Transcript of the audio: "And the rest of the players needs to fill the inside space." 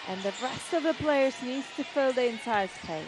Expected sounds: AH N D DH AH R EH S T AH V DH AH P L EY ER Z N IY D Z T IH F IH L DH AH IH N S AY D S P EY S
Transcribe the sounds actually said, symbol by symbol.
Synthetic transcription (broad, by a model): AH N DH AH R EH S T AH V DH AH P L EY ER Z N IY D Z T IH F IH L DH AH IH N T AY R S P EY